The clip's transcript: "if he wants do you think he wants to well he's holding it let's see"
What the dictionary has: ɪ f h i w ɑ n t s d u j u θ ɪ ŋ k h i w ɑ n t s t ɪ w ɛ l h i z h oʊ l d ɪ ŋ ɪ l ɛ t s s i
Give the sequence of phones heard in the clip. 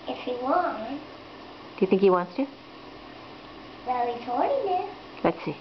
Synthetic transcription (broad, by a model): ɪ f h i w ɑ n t d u j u θ ɪ ŋ k h i w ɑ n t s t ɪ w ɛ l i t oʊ d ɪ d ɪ l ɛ t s s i